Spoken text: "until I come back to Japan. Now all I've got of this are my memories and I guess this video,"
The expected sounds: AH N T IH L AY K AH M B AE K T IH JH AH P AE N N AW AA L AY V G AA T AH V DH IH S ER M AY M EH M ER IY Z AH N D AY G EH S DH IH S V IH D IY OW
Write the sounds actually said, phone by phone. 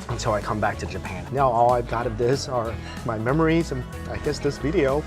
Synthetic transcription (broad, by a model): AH N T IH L AY K AH M B AE K T IH JH AH P AE N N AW AA L AY V G AA T AH V DH IH S ER M AY M EH M ER IY Z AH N AY G EH S DH IH S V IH D IY OW